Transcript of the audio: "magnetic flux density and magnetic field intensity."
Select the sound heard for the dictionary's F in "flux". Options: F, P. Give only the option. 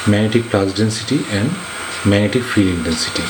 P